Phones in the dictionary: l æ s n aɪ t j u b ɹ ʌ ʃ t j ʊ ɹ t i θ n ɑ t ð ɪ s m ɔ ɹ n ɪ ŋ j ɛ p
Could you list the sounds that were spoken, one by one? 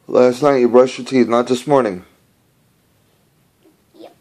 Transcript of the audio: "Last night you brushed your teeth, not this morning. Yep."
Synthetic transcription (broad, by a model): l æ s n aɪ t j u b ɹ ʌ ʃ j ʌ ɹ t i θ n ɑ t ð ɪ s m ɔ ɹ n ɪ ŋ